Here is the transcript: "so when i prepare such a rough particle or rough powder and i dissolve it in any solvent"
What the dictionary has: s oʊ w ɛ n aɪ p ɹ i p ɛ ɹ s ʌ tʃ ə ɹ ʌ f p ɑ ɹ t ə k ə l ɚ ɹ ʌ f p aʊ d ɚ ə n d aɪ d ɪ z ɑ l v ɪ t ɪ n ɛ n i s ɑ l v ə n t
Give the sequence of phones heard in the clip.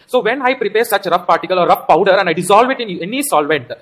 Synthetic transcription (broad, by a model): s oʊ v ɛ n aɪ p ɹ i p ɛ ɹ s ʌ tʃ ɹ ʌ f p ɑ ɹ t ə k ə l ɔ ɹ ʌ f p aʊ d ɚ ə n d aɪ d ɪ z ɑ l v ɪ t ɪ n ɛ n i s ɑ l v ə n t